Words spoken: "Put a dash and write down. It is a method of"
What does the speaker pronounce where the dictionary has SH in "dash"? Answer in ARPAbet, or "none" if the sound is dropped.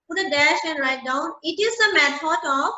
SH